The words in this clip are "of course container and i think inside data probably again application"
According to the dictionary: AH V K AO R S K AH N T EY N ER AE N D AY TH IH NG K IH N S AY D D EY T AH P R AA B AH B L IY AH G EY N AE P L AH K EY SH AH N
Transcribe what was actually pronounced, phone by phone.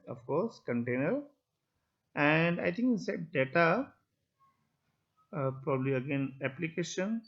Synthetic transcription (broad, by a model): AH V K AO R S K AH N T EY N ER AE N D AY T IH NG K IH S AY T D EY T AH P R AA B AH B L IY AH G EY N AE P L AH K EY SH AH N